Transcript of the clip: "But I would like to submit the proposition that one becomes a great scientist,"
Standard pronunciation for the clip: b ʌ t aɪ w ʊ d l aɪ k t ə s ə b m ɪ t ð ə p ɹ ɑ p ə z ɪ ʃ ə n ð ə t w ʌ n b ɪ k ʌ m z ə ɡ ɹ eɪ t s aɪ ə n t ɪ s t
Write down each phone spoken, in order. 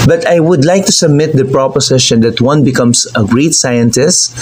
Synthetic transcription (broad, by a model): b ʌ t aɪ w ʊ d l aɪ k t ə s ə b m ɪ t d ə p ɹ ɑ p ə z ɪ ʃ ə n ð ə t w ʌ n b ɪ k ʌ m s ə ɡ ɹ eɪ t s aɪ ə n t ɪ s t